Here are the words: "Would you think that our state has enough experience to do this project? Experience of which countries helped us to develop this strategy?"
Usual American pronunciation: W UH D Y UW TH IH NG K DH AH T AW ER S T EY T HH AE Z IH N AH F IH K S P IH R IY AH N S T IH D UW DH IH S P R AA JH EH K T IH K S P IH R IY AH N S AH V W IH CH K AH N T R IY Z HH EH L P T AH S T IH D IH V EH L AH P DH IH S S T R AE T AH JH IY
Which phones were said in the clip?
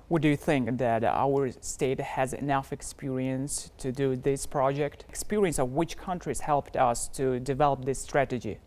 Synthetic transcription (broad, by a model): W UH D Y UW TH IH NG K DH AH T AW ER S T EY T HH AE Z IH N AH F IH K S P IH R IY AH N S T IH D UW DH IH S P R AA JH EH K T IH K S P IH R IY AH N S AH V W IH CH K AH N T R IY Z HH EH L P T AH S T IH D IH V EH L AH P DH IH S S T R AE T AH JH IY